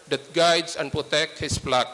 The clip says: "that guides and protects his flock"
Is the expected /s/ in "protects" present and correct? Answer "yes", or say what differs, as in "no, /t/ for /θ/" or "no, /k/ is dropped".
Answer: no, /s/ is dropped